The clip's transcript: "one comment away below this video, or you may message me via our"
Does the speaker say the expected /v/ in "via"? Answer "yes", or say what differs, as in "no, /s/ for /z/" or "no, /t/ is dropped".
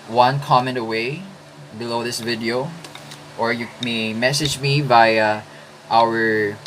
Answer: no, /b/ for /v/